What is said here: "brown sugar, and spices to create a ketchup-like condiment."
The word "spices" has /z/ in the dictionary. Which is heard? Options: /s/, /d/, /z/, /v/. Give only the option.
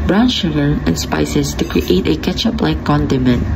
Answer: /s/